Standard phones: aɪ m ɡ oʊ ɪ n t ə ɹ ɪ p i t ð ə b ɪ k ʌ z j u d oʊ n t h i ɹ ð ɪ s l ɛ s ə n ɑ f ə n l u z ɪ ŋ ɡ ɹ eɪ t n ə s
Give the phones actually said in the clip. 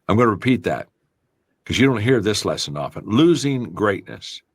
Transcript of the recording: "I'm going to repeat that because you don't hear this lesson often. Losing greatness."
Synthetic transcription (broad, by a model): aɪ m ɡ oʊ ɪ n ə ɹ ɪ p i t ð ə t k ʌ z j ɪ d oʊ n t h i ɹ ð ɪ s l ɛ s ə n ɑ f ə n l u z ɪ ŋ ɡ ɹ eɪ t n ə s